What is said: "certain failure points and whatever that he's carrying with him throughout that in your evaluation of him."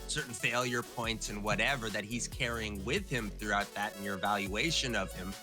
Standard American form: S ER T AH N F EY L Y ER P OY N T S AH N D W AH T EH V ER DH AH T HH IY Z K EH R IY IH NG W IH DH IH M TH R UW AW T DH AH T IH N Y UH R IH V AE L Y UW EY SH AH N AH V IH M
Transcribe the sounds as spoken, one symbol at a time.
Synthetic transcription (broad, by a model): S ER T N F EY L Y ER P OY N T S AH N W AH T EH V ER DH AH T HH IY Z K EH R IY IH NG W IH DH IH M TH R UW AW T DH AH T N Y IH R V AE L Y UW EY SH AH N AH V IH M